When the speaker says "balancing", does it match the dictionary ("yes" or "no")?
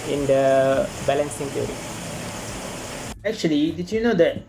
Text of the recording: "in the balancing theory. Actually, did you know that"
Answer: yes